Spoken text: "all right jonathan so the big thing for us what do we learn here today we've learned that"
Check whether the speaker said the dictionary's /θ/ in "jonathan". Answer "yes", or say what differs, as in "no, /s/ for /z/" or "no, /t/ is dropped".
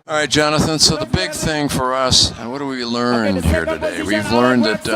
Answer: yes